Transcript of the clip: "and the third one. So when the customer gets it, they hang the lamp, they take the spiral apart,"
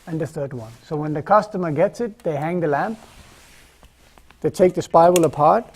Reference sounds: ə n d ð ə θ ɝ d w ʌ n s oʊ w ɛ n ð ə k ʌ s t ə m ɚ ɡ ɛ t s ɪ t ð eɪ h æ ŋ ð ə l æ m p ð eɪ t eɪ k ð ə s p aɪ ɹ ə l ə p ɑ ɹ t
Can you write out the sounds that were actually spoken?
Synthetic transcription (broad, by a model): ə n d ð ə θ ɝ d w ʌ n s oʊ w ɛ n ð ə k ʌ s t ə m ɚ ɡ ɛ t s ɪ t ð eɪ h æ ŋ ð ə l æ m p ð eɪ t eɪ k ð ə s p aɪ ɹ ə l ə p ɑ ɹ t